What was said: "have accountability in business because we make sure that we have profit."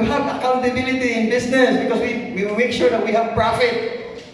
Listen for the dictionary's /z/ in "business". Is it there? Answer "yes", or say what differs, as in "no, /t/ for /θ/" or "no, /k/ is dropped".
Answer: no, /s/ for /z/